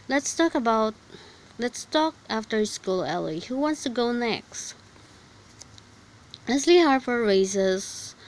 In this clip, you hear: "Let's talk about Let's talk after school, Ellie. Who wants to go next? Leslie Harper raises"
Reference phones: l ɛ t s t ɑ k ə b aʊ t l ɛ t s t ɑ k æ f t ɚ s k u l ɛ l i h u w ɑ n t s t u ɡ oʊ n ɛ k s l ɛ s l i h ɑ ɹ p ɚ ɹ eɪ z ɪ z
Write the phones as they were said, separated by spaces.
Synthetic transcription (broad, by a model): l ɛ t s t ɑ k ə b aʊ t l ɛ t s t ɑ k æ f t ɚ s k u l ɛ l i h u w ɑ n t s t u ɡ oʊ n ɛ k s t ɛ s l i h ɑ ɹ f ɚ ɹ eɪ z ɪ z